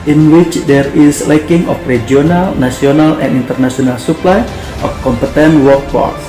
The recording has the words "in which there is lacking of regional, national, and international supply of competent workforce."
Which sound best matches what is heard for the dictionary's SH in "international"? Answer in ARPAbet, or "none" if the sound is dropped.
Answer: S